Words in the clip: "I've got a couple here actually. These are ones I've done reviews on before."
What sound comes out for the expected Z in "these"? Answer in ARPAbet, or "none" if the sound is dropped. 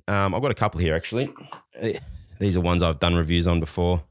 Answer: Z